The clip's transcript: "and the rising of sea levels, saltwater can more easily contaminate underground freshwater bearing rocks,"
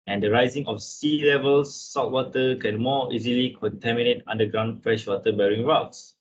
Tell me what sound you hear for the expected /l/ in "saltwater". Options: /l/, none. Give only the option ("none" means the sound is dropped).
none